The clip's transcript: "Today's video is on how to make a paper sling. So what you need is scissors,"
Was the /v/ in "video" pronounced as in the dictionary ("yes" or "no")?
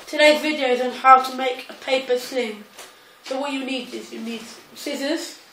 yes